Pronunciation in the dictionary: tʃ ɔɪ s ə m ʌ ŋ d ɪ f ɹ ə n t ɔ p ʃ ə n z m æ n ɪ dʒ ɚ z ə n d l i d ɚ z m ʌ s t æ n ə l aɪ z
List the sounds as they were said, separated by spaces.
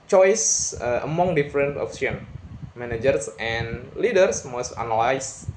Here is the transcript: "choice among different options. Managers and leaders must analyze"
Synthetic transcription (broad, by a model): tʃ ɔɪ s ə m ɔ ŋ d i f ɹ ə n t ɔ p s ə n m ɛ n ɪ dʒ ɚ s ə n l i d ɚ s m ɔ s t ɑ n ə l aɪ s